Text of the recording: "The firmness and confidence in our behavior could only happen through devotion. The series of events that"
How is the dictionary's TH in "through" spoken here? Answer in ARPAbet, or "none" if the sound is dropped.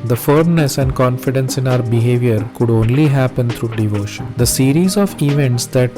T